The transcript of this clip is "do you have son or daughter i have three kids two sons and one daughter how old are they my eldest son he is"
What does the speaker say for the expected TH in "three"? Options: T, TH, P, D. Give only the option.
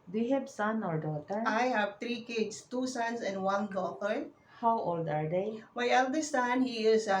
T